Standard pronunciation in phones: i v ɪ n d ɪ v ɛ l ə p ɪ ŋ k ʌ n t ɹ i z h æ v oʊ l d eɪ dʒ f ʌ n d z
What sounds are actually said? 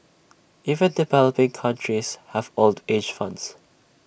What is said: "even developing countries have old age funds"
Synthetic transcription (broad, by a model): i v ɪ n d ɪ v ɛ l ə p ɪ ŋ k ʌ n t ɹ i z h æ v oʊ l d eɪ dʒ f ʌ n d s